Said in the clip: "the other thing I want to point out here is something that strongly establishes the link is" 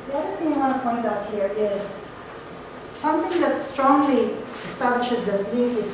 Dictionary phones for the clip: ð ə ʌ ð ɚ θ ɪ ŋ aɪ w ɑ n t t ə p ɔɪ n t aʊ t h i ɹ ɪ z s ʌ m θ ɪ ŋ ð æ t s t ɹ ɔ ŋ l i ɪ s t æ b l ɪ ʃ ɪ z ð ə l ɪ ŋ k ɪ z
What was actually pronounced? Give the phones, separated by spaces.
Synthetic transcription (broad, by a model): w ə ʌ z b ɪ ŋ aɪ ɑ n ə p ɔɪ n t aʊ t h i ɹ ɪ z s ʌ m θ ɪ ŋ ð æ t s t ɹ ɔ ŋ l i ɪ s t æ b l ɪ ʃ ɪ z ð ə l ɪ k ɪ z